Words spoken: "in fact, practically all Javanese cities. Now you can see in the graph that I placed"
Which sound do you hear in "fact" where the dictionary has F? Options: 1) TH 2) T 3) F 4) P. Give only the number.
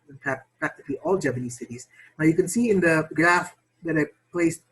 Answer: 4